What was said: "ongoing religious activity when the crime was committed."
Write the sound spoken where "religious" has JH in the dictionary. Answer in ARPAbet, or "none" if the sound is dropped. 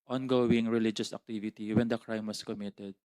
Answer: JH